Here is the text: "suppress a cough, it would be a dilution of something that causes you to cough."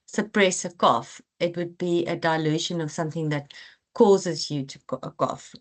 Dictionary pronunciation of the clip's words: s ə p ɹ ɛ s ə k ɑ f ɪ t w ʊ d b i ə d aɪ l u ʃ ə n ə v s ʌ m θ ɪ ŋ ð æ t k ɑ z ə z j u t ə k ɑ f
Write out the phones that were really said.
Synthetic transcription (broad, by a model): s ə p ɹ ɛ s ə k ɑ f ɪ t w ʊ d b i ə d aɪ l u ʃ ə n ə v s ʌ m θ ɪ ŋ ð æ t k ɑ z ə z j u t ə k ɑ f